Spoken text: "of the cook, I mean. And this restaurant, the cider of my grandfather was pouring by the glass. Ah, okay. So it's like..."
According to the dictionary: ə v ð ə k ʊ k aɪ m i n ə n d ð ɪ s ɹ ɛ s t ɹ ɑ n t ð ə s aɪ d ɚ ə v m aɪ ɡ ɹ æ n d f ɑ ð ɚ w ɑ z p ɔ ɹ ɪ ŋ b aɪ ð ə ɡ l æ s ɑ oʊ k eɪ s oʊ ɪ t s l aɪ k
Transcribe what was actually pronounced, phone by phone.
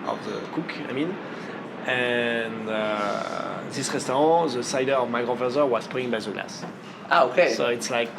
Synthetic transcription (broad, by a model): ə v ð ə k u k aɪ m i n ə n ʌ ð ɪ s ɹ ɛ s t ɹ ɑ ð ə s aɪ d ɚ ə v m aɪ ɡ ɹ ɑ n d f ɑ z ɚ w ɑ s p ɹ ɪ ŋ b aɪ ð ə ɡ l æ s ɑ oʊ k eɪ s oʊ ɪ t s l aɪ k